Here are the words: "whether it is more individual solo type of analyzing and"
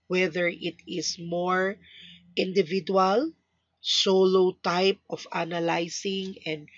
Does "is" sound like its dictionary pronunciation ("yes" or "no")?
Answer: no